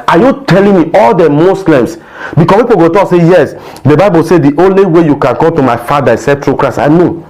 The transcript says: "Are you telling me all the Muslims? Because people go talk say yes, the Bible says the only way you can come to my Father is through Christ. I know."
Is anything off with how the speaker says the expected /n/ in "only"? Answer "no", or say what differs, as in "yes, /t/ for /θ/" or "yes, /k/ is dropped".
no